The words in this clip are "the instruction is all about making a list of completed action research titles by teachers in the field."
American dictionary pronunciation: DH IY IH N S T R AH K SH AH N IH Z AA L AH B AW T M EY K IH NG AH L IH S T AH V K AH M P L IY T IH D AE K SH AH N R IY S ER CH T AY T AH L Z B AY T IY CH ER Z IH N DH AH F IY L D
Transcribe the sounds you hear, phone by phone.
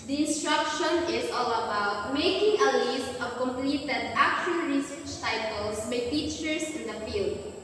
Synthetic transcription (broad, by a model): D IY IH N S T R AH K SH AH N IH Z AA L AH B AW T M EY K IH NG AH L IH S T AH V K AH M P L IY T IH D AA K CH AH L R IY S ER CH T AY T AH L S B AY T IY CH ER S IH N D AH F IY L D